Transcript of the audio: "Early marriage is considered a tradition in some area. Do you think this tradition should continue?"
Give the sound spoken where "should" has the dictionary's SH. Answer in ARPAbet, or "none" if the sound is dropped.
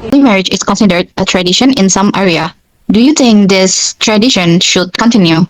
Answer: SH